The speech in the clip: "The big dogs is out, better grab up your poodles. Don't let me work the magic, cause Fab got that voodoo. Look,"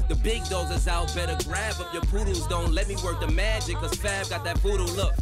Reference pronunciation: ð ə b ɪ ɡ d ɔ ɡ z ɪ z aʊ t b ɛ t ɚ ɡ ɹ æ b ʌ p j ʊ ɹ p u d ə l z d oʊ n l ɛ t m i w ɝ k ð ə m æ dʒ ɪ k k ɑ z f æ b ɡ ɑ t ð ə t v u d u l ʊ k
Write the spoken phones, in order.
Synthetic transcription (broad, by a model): ð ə b ɪ ɡ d ɔ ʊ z ɪ z aʊ t b ɛ t ɚ ɡ ɹ æ b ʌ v j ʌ ɹ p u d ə z d oʊ n l ɛ t m i w ɝ k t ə m æ dʒ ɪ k k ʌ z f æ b ɡ ɑ t ð ə t p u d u l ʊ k